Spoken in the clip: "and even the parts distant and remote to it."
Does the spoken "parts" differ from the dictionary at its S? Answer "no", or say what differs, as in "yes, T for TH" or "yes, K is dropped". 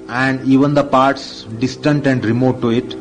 no